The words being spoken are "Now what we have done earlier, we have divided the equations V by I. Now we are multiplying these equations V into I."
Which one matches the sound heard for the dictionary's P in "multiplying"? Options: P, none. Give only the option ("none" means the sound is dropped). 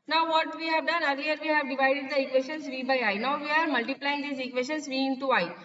P